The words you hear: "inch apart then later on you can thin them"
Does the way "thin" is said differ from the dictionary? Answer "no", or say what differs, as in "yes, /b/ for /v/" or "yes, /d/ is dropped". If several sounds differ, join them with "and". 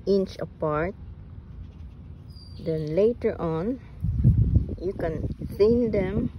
yes, /s/ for /θ/